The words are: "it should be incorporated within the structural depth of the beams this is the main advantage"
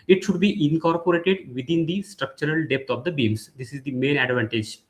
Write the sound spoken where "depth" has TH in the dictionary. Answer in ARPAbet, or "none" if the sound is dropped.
T